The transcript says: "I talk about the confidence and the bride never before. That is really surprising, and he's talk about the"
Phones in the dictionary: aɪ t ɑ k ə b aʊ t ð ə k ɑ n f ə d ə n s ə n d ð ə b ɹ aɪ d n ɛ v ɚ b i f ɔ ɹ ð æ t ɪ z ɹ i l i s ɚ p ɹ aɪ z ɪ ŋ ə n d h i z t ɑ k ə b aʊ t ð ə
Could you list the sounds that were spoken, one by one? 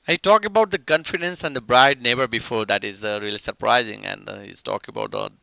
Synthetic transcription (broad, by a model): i t ɑ k ə b aʊ t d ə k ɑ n f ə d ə n s ə n d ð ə b ɹ aɪ d n ɛ b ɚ b i f ɔ ɹ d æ t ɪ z ɹ i l i s ɚ p ɹ aɪ z ɪ ŋ ə n d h i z t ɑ k ə b aʊ t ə